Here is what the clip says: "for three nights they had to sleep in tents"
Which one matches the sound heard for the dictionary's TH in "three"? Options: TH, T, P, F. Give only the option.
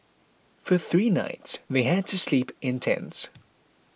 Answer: TH